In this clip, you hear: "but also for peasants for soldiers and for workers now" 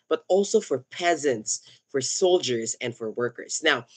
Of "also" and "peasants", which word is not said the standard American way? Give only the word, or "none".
none